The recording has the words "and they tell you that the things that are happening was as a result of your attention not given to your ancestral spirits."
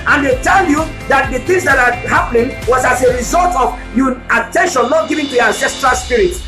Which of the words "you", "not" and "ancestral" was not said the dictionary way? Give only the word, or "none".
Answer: none